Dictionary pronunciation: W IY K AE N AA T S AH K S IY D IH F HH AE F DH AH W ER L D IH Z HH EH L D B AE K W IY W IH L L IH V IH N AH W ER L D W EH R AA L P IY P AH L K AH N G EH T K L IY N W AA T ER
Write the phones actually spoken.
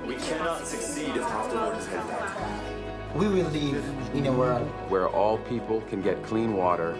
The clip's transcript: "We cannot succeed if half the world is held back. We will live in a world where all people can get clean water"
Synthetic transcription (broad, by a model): W IY K AE N AA T S AH K S IY D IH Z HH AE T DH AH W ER D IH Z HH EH D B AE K W IY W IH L L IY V IH N AH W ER W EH R AA L P IY P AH L K AH N G EH T K L IY N W AA T ER